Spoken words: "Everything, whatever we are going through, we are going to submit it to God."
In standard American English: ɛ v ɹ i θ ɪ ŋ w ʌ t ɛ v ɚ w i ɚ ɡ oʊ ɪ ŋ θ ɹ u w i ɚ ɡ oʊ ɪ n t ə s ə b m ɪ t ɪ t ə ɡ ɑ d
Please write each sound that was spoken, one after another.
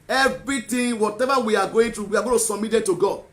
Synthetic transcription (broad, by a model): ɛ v ɹ i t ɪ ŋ w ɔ t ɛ v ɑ w i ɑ ɡ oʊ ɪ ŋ t ɹ u w i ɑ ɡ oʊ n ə s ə m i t ɪ t ə ɡ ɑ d